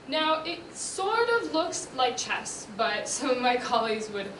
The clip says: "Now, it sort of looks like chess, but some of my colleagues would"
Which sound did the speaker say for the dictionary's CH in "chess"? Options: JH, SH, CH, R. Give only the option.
CH